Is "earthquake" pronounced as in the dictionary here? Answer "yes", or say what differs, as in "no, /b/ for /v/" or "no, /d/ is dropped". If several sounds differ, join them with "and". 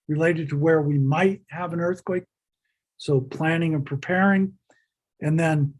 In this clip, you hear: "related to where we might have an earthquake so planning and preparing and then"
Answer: yes